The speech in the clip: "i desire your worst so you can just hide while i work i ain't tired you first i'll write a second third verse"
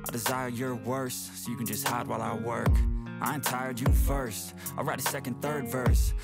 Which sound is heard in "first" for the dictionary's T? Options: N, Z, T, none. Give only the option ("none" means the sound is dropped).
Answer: T